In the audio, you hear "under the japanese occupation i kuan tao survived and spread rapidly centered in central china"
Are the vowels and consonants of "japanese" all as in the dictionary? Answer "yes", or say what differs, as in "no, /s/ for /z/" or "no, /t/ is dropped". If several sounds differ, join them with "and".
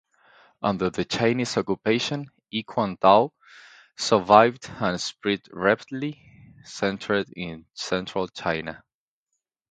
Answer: no, /tʃ/ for /dʒ/ and /p/ is dropped